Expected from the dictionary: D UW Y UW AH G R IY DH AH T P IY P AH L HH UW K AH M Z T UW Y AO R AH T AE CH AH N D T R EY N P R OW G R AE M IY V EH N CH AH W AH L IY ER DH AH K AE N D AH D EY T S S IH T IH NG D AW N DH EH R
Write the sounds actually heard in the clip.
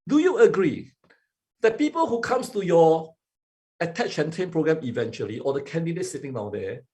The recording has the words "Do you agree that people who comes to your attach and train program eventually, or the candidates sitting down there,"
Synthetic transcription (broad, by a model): D UW Y UW AH G R IY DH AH T P IY P AH L HH UW K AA M S T UW Y AO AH T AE CH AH N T EY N P R OW G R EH M IY V EH N CH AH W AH L IY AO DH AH K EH N D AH D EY T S S IH T IH NG D AW N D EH